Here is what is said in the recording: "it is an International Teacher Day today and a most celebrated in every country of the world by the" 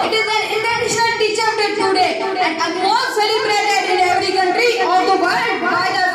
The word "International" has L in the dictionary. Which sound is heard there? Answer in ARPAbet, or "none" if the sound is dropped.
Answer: N